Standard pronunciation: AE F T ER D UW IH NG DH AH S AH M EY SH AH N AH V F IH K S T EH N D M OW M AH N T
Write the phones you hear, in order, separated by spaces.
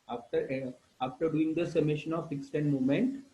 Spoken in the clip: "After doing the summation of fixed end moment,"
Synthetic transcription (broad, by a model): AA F T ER D UW IH NG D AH S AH M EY SH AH N AH V F IH K S T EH N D M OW M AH N T